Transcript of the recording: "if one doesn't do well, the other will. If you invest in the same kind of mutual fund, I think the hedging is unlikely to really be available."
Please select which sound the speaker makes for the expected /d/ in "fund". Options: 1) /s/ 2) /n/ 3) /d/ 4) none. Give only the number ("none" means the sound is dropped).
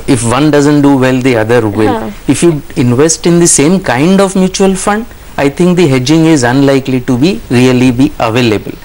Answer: 3